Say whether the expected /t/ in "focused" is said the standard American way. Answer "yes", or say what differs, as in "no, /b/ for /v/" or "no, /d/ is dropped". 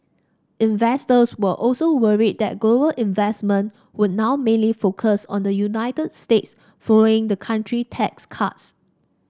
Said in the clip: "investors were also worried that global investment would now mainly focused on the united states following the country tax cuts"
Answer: no, /t/ is dropped